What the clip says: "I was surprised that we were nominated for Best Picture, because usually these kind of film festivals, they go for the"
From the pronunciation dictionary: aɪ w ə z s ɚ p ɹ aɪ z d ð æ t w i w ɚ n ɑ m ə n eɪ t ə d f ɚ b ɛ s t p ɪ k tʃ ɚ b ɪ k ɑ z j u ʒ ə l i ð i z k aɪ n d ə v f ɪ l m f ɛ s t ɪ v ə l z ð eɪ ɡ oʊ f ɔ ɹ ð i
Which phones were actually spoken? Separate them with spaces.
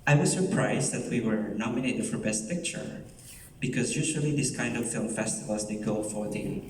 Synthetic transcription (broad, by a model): aɪ w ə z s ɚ p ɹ aɪ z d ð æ t w i w ɚ n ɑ m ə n eɪ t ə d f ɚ b ɛ s t p ɪ k tʃ ɚ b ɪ k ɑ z j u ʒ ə l i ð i s k aɪ n d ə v f ɪ l m f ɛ s t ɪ v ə l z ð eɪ ɡ oʊ f ɔ ɹ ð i